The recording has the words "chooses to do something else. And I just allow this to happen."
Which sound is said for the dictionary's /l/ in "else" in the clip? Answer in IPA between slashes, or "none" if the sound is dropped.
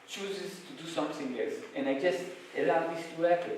none